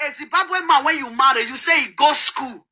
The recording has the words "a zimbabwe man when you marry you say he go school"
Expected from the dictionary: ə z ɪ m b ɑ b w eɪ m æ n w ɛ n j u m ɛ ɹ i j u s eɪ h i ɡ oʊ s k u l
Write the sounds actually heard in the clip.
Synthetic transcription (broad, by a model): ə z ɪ b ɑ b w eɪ m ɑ w ɛ n j u m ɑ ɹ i j u s eɪ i ɡ oʊ s k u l